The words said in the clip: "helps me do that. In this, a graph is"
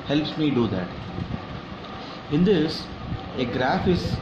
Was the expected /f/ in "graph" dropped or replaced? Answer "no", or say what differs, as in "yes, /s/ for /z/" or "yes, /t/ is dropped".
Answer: no